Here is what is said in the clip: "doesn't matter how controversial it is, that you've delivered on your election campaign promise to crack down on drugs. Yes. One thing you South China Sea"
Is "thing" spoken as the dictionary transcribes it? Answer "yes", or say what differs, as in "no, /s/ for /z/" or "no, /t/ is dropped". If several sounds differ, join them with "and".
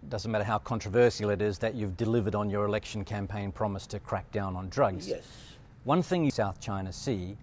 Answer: yes